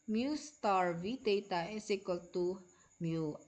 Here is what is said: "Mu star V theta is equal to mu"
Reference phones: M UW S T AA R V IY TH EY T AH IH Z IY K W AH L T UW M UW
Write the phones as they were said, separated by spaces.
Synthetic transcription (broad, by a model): M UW S T AA R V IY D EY T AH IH S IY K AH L T UW M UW